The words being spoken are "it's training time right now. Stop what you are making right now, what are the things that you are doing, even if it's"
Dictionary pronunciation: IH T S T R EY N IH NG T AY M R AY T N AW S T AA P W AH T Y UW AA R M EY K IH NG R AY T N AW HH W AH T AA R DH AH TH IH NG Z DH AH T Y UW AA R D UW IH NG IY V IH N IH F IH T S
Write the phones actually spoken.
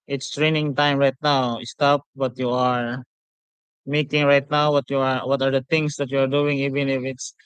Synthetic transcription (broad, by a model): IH T S T R EY N IH NG T AY M R AY T N AW S T AA P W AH T Y UW AA R M EY K IH NG R AY T N AW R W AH T AA R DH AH T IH NG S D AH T Y UW AA R D UW IH NG IY V IH N IH F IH T S